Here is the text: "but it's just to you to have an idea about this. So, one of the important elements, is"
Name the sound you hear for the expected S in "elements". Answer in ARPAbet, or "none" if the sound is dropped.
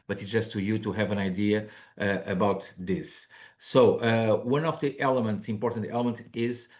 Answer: none